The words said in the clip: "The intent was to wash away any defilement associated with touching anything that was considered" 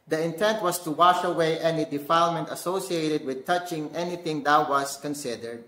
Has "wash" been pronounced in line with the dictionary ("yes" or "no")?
yes